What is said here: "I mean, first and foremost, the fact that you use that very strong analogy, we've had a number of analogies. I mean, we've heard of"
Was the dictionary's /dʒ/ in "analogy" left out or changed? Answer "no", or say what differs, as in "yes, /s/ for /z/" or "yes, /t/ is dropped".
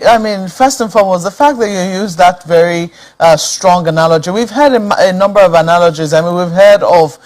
no